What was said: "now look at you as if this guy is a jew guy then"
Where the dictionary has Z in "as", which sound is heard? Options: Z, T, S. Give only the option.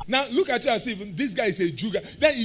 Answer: S